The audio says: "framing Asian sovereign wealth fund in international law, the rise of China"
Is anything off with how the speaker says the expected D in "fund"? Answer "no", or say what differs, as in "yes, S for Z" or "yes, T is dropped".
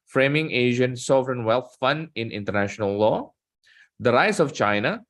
no